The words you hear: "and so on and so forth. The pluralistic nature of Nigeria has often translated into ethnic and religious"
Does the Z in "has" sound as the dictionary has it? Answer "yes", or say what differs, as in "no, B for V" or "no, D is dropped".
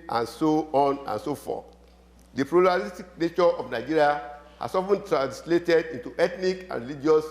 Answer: no, S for Z